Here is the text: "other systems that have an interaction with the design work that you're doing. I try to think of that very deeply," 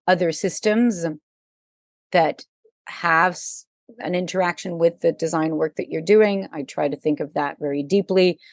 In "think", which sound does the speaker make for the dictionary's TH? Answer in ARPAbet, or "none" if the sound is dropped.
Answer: TH